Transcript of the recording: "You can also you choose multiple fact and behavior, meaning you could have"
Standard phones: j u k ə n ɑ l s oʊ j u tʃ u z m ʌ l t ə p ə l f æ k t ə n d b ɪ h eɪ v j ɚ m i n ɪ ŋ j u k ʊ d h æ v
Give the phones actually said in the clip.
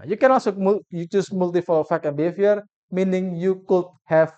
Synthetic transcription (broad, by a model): j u k ə n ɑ l s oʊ j u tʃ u s m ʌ l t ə f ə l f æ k ə n b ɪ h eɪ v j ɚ m i n ɪ ŋ j u k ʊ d h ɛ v